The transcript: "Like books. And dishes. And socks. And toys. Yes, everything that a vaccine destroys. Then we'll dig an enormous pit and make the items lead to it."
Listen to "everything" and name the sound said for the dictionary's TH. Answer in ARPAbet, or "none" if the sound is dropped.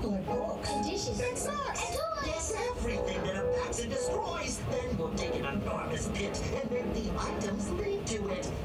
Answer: TH